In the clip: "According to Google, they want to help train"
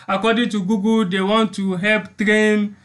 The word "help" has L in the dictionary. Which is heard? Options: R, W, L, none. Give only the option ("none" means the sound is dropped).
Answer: L